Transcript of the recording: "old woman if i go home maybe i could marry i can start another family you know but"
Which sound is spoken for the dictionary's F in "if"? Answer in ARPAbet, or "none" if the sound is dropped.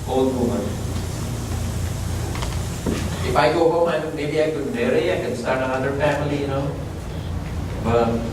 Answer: F